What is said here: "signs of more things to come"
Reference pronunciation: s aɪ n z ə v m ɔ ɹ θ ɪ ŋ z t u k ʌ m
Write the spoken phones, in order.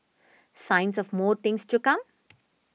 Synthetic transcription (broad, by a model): s aɪ n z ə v m ɔ ɹ t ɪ ŋ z t u k ʌ m